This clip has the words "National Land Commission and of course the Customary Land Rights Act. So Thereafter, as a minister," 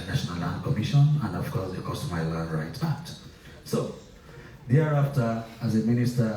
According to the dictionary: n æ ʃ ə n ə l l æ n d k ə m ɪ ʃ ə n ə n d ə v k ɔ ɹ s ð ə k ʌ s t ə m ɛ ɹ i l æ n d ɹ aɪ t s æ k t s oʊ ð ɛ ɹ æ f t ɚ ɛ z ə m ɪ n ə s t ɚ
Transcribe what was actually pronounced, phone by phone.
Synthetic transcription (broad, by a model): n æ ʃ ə n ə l l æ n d k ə m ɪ ʃ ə n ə n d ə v k ɔ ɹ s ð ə k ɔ s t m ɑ i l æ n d ɹ aɪ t æ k t s oʊ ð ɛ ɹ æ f t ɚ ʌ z ə m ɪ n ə s t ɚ